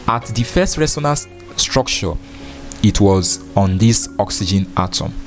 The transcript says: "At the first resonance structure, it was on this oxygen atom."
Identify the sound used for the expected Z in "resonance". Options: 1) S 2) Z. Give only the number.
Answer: 1